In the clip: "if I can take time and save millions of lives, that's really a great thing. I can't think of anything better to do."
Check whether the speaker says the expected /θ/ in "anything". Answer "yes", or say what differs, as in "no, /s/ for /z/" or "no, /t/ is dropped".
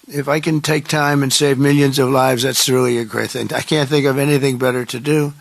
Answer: yes